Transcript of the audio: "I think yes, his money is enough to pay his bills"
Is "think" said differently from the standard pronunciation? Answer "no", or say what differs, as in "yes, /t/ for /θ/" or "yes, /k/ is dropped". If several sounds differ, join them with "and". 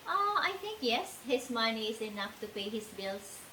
yes, /t/ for /θ/